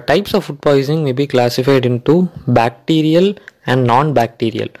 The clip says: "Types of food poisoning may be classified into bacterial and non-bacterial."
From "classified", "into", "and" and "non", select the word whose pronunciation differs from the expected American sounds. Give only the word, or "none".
none